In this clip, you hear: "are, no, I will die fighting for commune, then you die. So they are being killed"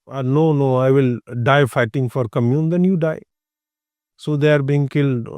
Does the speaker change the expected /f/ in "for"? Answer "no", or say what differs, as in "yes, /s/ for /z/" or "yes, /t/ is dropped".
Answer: no